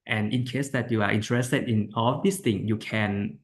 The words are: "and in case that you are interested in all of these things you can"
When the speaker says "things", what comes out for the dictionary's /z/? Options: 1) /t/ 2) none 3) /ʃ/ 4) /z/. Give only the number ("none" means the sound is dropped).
2